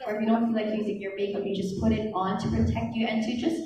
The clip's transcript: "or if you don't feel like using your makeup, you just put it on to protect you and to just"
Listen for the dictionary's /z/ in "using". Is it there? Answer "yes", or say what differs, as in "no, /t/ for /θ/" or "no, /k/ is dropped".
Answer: yes